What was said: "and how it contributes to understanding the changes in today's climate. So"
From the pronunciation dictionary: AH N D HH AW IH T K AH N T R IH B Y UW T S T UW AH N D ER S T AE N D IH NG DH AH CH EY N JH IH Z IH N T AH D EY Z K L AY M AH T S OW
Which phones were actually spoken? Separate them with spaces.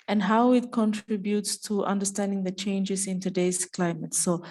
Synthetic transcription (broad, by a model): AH N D HH AW IH T K AH N T R IH B Y UW T S T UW AH N D ER S T AE N D IH NG DH AH CH EY N JH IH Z IH N T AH D EY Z K L AY M AH T S OW